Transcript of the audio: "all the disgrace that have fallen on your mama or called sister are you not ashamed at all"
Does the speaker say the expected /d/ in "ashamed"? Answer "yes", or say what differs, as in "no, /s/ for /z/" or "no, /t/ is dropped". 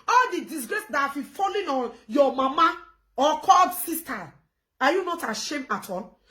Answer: no, /d/ is dropped